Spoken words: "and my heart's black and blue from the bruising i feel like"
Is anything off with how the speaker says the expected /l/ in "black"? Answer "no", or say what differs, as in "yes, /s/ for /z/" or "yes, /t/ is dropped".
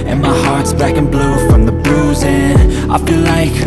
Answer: yes, /l/ is dropped